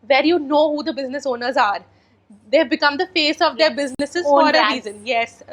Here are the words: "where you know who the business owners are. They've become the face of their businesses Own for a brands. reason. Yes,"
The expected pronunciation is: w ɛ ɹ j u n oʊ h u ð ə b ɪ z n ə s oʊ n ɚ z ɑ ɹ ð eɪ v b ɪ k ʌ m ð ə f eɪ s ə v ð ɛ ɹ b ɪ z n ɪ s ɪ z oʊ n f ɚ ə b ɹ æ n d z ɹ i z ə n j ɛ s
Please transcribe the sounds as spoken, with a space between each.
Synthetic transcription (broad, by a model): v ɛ ɹ j u n oʊ h u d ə b ɪ z n ə s oʊ n ɚ z ɑ ɹ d eɪ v b ɪ k ʌ m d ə f eɪ s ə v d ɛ ɹ b ɪ z n ɪ s ɪ z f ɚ ə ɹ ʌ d ɹ i z ə n j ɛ s